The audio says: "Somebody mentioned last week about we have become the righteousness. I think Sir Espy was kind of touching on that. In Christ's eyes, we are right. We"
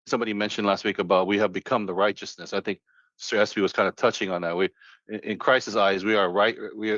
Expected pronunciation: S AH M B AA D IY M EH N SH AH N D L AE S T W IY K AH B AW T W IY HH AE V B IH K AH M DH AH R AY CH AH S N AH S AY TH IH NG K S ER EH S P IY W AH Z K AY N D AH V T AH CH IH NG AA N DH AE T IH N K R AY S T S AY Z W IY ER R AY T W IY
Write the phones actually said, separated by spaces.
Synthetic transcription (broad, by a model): S AH M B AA D IY M EH N SH AH N D L AE S T W IY K AH B AW T W IY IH V B IH K AH M DH AH R AY CH AH S N AH S AY TH IH NG K S ER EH S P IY W AH Z K AY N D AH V T AH CH IH NG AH N DH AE T IH N K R AY S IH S AY Z W IY ER R AY T W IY